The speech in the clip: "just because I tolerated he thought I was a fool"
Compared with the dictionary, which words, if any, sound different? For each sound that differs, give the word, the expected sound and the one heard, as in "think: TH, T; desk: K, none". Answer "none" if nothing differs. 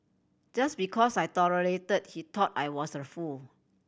because: Z, S; thought: TH, T; was: Z, S